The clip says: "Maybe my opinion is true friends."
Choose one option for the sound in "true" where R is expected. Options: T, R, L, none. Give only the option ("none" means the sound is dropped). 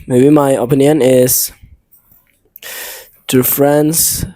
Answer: none